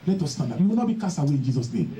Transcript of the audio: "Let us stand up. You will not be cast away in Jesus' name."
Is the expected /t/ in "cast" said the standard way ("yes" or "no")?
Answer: no